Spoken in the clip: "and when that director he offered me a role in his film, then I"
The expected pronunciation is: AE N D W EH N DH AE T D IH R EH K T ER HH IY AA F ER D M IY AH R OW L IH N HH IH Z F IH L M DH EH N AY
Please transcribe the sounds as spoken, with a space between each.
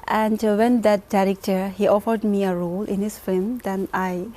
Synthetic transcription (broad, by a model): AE N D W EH N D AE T D IH R EH K T ER HH IY AA F ER D M IY AH R OW L IH N HH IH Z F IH M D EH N AY